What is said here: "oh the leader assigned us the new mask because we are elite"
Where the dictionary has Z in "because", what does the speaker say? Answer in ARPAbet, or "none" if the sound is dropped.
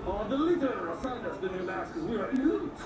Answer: none